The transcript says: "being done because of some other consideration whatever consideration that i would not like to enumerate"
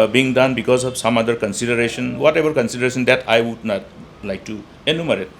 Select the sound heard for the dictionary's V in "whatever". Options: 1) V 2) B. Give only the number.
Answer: 2